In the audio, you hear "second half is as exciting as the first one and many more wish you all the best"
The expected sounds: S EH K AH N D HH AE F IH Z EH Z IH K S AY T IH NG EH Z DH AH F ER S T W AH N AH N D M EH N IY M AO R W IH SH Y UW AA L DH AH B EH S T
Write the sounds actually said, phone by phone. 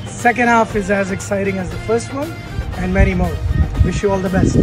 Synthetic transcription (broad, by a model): S EH K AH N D HH AE F IH Z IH Z IH K S AY T IH NG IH Z DH AH F ER S T W AH N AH N M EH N IY M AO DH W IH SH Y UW AA L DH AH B EH S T